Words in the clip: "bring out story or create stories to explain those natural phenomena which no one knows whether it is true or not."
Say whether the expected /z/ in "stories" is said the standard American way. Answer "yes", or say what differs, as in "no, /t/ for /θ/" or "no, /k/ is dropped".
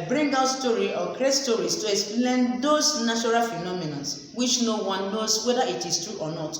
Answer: no, /s/ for /z/